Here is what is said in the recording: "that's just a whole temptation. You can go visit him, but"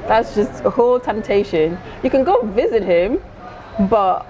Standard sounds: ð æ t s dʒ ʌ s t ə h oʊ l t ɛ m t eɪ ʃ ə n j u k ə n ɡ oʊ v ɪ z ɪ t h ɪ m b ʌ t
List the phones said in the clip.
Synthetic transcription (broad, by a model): ð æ t s dʒ ʌ s t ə h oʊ l t ɛ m t eɪ ʃ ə n j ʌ k ə n ɡ oʊ v ɪ z ɪ t h ɪ m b ʌ t